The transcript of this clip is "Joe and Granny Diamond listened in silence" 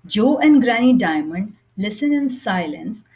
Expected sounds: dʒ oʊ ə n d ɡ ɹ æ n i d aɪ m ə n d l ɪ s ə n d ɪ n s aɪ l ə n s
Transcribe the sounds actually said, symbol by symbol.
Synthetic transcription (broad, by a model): dʒ oʊ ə n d ɡ ɹ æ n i d aɪ m ə n d l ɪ s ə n ɪ n s aɪ l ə n s